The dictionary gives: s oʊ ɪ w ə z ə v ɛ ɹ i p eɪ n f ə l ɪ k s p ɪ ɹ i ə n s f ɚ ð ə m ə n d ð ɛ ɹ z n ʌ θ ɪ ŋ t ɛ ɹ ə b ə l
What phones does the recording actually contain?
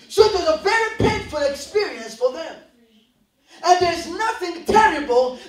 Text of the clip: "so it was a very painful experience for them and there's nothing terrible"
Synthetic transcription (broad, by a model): s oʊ ɪ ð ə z ə v ɛ ɹ i p eɪ n f ə l ɪ k s p ɪ ɹ i ə n s f ɚ ð ə m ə n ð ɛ ɹ z n ʌ θ ɪ ŋ t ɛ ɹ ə b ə l